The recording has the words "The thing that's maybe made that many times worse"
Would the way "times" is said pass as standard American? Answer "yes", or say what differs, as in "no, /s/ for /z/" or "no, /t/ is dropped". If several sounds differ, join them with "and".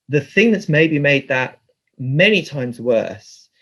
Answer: yes